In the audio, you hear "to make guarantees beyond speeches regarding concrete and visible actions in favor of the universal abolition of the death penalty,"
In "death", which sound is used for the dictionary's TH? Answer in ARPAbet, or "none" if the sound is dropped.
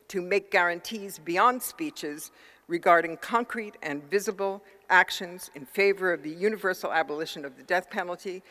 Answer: TH